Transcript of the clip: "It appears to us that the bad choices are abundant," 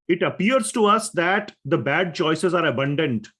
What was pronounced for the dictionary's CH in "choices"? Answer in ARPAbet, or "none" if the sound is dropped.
CH